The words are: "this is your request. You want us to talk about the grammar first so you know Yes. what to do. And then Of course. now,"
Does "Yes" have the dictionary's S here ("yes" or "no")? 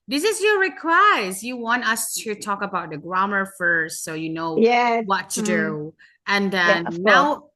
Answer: no